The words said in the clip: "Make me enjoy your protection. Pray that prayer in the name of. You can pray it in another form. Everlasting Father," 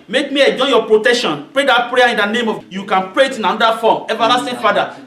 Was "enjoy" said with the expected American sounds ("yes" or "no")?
no